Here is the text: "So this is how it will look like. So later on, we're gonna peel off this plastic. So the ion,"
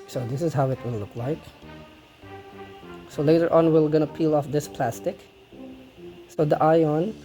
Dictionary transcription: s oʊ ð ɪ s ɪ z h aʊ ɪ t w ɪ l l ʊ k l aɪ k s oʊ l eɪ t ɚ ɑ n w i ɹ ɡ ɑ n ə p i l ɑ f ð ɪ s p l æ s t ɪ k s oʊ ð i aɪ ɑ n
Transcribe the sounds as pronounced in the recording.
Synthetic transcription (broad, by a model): s oʊ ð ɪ s ɪ z h aʊ ɪ t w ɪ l l ʊ k l aɪ k s oʊ l eɪ t ɚ ɑ n w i l ɡ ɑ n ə p i l ɑ f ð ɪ s p l æ s t ɪ k s oʊ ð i aɪ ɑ n